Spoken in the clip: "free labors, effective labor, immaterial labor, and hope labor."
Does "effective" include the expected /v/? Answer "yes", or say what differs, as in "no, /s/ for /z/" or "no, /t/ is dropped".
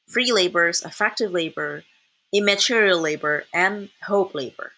yes